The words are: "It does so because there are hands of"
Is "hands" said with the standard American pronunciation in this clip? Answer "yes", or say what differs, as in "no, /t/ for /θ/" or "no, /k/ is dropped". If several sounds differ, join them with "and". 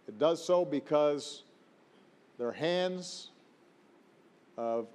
yes